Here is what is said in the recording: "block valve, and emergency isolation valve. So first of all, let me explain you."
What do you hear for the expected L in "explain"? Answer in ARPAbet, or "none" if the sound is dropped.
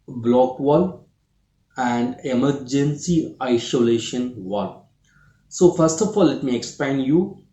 none